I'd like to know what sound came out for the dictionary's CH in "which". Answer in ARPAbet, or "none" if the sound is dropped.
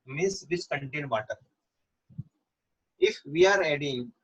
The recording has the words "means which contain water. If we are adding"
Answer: S